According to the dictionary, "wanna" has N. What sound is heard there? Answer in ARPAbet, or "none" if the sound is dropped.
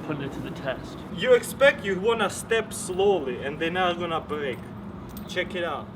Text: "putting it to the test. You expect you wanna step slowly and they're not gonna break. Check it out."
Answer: N